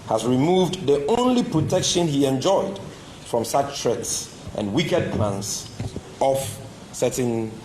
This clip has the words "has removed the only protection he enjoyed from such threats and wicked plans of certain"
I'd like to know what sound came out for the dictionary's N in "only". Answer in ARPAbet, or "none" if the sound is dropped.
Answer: N